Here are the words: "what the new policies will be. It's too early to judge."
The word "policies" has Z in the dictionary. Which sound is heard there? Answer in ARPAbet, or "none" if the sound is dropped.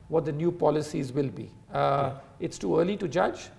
Z